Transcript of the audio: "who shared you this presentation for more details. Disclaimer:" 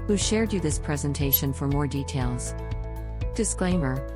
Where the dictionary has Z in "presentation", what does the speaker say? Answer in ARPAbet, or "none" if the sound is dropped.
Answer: Z